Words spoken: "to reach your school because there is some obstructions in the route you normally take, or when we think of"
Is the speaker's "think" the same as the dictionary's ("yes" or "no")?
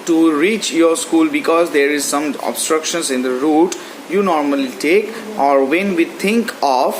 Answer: no